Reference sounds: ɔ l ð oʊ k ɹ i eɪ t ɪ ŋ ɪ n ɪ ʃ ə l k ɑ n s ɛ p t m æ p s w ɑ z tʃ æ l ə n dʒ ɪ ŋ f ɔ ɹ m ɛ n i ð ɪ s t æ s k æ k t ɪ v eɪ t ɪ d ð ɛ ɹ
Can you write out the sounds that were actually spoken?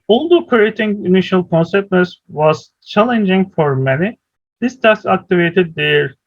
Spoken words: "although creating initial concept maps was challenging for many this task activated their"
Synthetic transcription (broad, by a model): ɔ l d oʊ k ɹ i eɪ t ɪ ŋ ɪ n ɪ ʃ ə l k ɑ n s ɛ p t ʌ s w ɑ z tʃ æ l ə n dʒ ɪ ŋ f ɔ ɹ m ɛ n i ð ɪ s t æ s ɑ k t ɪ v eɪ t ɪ d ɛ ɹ